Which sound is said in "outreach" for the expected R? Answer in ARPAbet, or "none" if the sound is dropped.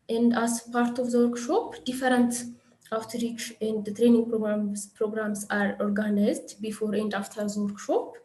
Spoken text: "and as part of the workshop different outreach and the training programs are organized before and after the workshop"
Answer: R